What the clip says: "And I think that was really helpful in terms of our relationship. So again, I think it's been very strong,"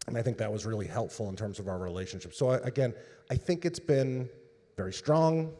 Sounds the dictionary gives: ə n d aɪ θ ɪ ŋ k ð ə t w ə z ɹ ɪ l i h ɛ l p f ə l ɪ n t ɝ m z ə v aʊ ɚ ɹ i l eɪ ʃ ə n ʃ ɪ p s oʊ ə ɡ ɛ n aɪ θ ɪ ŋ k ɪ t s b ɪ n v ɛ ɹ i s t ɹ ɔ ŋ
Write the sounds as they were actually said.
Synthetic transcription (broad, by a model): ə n aɪ θ ɪ ŋ k ð ə t w ə z ɹ ɪ l i h ɛ l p f l ɪ n t ɝ m z ə v aʊ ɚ ɹ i l eɪ ʃ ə n ʃ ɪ p s oʊ ə ɡ ɛ n aɪ θ ɪ ŋ k ɪ t s b ɪ n v ɛ ɹ i s t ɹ ɔ ŋ